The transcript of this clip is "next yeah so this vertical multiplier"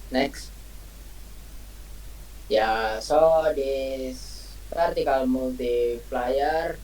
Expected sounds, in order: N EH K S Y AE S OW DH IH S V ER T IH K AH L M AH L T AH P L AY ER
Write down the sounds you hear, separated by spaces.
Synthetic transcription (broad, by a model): N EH K S Y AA S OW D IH S P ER T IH K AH L M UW L T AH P L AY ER